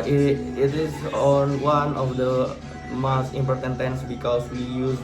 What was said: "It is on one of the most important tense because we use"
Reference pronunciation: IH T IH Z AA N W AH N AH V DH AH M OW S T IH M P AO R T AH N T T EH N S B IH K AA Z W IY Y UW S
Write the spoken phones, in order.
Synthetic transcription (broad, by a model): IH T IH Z AA N W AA N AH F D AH M OW S T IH M P AO R T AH N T T EH N S B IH K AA S W IY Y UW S